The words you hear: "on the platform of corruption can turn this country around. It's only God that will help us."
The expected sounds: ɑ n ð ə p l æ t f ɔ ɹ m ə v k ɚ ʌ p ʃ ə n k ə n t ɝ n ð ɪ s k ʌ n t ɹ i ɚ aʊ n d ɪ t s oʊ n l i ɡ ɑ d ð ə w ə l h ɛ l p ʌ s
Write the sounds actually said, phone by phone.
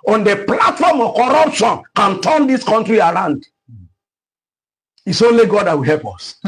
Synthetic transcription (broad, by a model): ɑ n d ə p l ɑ t f ɔ m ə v k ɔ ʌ p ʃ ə n k ə n t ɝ n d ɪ s k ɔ n t ɹ i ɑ aʊ n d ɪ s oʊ l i ɡ ɑ d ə w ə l h ɛ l p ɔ s